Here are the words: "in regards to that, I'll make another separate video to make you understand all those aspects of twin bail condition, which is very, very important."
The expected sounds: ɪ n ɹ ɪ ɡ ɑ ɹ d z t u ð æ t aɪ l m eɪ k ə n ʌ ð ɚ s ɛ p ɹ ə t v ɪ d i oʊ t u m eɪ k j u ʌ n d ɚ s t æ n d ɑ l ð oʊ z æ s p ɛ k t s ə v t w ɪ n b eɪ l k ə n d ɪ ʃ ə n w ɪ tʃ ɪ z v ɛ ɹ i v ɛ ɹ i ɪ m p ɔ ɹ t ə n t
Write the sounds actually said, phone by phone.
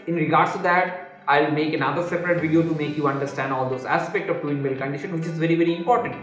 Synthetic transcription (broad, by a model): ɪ n ɹ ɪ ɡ ɑ ɹ d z t u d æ t aɪ l m eɪ k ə n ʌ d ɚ s ɛ p ɹ ə t v ɪ d i oʊ t u m eɪ k j u ʌ n d ɚ s t æ n d ɑ l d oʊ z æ s p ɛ k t ə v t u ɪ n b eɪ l k ə n d ɪ ʃ ə n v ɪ tʃ ɪ z v ɛ ɹ i v ɛ ɹ i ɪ m p ɔ ɹ t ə n t